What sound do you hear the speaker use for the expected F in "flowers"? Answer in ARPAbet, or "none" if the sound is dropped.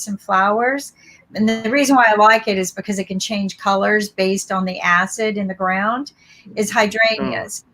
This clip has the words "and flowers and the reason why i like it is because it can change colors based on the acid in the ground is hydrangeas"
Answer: F